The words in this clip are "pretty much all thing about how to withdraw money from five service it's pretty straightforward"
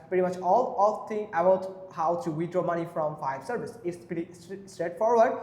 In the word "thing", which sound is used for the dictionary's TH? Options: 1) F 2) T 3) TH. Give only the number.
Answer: 2